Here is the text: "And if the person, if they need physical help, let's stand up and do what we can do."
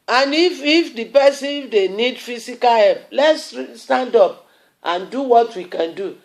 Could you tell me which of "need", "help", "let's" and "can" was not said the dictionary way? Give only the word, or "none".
help